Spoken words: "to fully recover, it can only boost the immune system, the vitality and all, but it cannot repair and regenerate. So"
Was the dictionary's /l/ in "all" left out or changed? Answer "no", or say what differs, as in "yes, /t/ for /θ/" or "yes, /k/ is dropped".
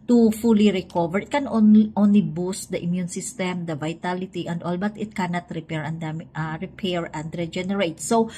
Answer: no